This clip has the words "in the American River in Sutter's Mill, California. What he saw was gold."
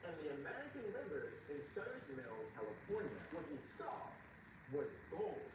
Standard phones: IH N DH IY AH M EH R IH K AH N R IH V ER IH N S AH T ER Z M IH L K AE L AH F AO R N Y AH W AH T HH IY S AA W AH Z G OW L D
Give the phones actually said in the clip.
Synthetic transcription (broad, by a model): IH N DH IY AH M EH R IH K AH N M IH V ER IH N S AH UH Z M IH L K AE L AH F AO R N Y AH W AH T HH IY S AA W AH Z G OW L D